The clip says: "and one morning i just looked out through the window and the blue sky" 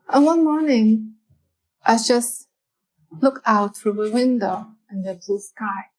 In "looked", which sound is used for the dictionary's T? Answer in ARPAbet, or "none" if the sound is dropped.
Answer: none